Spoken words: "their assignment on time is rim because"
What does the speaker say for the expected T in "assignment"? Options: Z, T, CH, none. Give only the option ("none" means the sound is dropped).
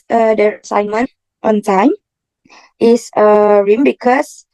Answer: T